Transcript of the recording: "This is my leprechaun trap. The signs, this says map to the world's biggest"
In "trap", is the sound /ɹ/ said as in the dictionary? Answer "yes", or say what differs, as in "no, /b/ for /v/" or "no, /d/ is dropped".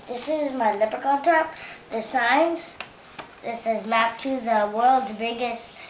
no, /ɹ/ is dropped